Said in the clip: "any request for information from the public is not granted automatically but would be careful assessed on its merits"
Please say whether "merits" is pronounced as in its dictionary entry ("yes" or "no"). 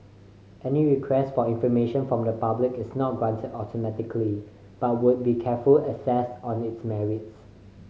yes